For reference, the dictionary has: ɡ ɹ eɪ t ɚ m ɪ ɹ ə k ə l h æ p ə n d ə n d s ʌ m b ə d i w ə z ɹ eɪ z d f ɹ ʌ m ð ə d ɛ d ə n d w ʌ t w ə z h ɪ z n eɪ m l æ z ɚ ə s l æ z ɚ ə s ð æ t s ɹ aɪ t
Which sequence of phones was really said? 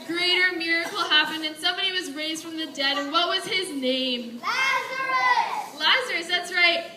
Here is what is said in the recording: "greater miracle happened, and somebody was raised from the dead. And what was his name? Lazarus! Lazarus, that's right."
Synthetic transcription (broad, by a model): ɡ ɹ eɪ t ɚ m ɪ ɹ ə k l h æ p ə n d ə n s ʌ m b ə d i w ə z ɹ eɪ z d f ɹ ʌ m ð ə d ɛ d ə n w ʌ t w ə z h ɪ z n eɪ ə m l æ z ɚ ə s ð æ t s ɹ aɪ t